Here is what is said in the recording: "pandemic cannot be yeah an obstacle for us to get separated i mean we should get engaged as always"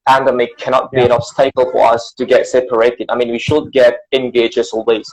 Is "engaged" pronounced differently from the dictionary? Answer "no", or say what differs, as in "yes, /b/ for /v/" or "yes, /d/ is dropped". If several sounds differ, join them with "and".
yes, /d/ is dropped